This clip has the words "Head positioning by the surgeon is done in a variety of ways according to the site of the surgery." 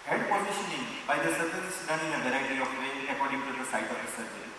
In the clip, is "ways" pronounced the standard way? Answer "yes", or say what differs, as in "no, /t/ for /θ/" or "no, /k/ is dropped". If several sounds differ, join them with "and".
no, /z/ is dropped